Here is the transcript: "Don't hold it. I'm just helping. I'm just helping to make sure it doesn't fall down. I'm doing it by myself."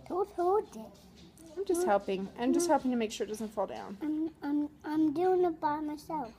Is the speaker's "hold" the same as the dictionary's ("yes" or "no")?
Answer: no